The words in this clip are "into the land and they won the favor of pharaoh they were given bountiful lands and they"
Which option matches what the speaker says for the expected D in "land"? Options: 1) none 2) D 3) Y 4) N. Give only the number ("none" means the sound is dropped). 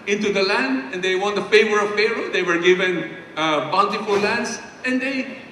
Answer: 2